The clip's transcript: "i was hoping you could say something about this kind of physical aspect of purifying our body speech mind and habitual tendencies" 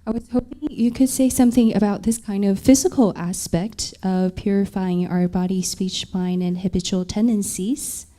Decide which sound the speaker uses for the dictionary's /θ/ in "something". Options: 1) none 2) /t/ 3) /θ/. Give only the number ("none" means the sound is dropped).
3